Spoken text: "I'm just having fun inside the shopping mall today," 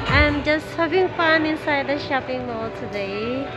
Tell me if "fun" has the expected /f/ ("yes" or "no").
no